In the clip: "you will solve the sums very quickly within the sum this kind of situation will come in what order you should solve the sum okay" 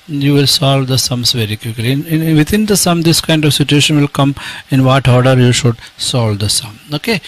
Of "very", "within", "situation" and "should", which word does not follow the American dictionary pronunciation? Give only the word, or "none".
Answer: within